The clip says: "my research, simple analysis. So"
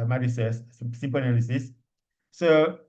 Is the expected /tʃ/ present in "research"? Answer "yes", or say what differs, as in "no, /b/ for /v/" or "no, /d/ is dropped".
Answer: no, /s/ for /tʃ/